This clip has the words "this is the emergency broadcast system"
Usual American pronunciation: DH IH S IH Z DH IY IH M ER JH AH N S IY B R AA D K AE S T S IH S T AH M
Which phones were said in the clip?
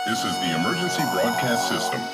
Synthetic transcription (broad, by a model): DH IH S IH Z DH IY IH M ER JH AH N S IY B R AA D K AE S T S IH S T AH M